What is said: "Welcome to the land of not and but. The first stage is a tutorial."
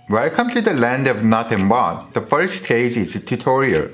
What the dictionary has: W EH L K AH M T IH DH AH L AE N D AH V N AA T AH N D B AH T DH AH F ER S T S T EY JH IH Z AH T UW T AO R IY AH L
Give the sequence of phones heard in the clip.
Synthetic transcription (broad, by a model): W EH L K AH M T IH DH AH L AE N D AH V N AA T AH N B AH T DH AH F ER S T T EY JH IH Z AH T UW T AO R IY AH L